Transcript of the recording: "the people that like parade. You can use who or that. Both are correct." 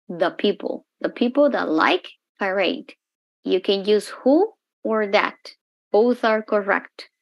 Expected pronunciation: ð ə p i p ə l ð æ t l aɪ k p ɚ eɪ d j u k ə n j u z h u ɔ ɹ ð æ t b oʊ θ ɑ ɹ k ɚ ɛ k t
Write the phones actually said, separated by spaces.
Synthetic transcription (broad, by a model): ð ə p i p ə l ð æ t l aɪ k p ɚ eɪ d j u k ə n j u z h u ɔ ɹ ð æ t b oʊ θ ɑ ɹ k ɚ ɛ k t